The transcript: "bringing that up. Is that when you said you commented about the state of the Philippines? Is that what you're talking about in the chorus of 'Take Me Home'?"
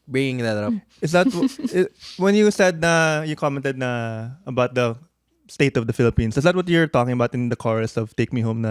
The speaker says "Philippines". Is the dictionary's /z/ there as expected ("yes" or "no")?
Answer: no